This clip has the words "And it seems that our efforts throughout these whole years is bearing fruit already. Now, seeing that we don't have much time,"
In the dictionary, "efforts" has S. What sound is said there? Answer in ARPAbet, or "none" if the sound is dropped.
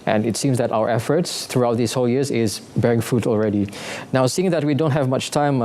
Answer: S